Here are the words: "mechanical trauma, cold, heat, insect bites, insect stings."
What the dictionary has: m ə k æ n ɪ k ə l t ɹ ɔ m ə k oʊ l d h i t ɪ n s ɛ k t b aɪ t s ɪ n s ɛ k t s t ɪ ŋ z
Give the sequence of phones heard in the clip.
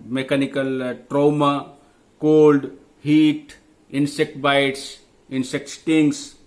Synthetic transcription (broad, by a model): m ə k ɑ n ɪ k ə l t ɹ ɔ m ə k oʊ l d h i t ɪ n s ɛ k t b aɪ t s ɪ n s ɛ k t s t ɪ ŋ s